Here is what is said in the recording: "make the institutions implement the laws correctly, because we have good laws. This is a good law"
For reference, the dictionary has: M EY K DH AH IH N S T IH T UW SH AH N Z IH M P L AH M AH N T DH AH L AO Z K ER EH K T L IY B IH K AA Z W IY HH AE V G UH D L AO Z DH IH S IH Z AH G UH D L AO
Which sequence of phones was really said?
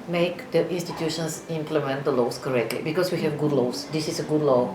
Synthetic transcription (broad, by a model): M EY K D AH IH N S T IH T UW SH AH N S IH M P L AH M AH N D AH L AO S K ER EH K T L IY B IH K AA S W IY HH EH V G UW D L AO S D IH S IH S AH G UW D L AO